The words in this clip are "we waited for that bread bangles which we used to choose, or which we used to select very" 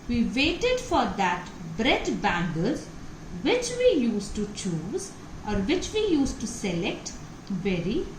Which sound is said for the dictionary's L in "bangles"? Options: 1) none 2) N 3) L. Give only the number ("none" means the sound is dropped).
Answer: 1